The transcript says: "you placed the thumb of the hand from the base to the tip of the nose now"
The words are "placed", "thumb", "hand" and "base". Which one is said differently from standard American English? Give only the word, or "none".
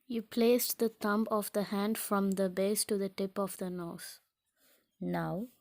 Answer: thumb